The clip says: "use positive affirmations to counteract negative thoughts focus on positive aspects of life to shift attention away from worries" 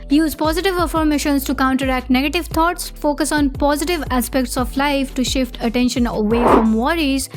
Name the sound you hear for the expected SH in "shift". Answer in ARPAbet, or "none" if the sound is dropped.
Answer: SH